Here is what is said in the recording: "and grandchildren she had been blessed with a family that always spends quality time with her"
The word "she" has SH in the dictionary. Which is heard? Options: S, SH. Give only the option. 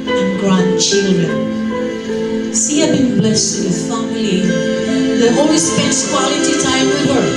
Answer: S